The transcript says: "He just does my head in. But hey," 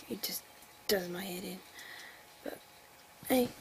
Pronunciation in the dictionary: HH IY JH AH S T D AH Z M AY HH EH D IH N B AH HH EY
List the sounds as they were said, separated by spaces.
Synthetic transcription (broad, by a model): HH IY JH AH S D AH Z M AY HH EH D IH N B AH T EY